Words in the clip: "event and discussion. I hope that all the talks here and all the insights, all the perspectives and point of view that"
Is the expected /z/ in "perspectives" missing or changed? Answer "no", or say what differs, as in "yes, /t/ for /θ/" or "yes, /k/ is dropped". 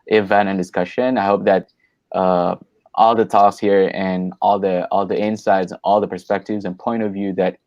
no